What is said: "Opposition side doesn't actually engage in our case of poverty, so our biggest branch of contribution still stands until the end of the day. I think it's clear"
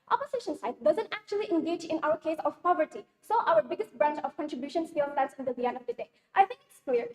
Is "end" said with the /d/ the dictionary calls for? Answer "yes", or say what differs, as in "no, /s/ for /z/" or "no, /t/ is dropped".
no, /d/ is dropped